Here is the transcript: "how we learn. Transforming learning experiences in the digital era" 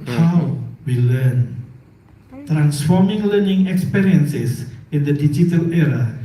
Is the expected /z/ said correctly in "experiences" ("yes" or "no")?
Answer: no